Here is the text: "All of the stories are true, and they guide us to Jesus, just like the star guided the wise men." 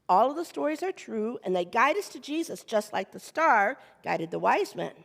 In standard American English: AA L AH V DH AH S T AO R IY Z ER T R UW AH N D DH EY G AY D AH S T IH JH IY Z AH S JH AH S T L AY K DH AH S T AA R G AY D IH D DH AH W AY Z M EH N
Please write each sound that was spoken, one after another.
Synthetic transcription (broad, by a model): AA L AH V DH AH S T AO R IY Z ER T R UW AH N DH EY G AY D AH S T IH JH IY Z AH S JH AH S T L AY K DH AH S T AA R G AY D IH D DH AH W AY Z M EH N